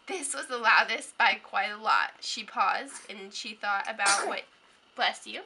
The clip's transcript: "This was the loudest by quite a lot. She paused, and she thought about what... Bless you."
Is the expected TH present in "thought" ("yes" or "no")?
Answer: yes